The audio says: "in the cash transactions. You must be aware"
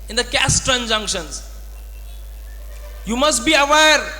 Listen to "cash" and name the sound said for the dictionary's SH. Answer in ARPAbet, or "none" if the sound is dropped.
S